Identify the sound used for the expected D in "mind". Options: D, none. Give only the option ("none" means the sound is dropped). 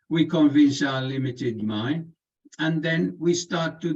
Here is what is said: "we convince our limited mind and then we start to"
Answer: none